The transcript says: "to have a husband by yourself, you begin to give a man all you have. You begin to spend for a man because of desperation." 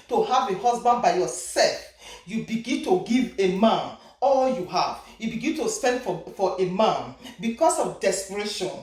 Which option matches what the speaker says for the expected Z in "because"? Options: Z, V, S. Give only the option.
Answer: S